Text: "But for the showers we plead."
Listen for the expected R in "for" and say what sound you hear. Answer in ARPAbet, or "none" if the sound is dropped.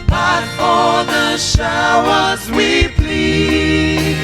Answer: L